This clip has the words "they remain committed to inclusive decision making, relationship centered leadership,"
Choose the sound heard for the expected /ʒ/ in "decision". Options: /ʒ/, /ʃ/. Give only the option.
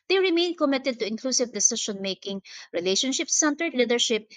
/ʃ/